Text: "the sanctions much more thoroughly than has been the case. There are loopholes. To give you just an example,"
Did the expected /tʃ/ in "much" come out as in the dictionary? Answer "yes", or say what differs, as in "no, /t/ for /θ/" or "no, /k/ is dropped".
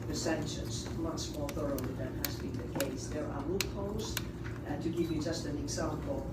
no, /s/ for /tʃ/